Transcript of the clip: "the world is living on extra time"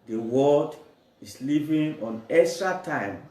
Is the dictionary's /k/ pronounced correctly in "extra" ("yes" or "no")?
no